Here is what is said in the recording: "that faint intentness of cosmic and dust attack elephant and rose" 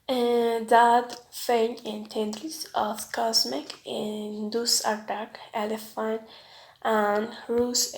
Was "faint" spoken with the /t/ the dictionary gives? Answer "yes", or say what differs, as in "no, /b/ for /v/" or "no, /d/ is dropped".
no, /t/ is dropped